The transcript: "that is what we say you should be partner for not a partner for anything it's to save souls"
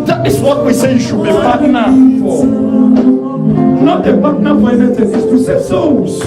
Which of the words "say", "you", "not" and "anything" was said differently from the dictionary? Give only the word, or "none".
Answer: anything